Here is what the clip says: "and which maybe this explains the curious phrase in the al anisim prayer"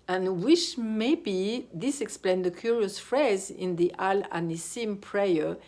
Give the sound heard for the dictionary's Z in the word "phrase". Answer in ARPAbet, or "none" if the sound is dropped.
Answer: Z